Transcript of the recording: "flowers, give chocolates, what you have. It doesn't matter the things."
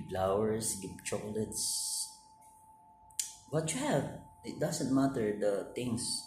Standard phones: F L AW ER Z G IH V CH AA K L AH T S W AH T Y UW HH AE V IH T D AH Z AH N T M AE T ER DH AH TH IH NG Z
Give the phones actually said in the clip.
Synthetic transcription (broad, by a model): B L AW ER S G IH P CH AA K L AH T S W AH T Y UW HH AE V IH T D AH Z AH N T M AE T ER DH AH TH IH NG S